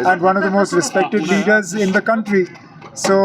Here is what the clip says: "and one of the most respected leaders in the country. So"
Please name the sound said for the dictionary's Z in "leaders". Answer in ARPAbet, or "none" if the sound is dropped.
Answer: Z